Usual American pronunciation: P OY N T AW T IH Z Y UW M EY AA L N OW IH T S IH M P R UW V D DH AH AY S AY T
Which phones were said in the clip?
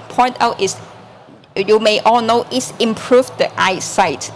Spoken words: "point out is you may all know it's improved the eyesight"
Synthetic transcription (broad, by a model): P OY N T AW T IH S Y UW M EY AA L N OW IH T S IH M P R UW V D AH AY S AY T